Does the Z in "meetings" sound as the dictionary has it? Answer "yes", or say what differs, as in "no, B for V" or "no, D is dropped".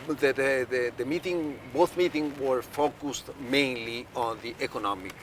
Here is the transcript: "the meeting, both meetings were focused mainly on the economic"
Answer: no, Z is dropped